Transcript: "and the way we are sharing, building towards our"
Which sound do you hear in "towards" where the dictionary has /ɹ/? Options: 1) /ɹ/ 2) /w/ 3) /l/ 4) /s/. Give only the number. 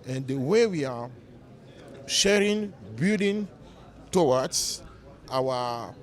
2